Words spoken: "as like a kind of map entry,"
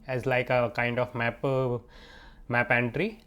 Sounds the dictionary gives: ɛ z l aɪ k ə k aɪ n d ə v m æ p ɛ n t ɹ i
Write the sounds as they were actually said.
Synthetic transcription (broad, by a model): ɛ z l aɪ k ə k aɪ n d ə p m æ p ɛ n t ɹ i